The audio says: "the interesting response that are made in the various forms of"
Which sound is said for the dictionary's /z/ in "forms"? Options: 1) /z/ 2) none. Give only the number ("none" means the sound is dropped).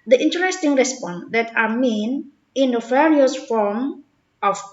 2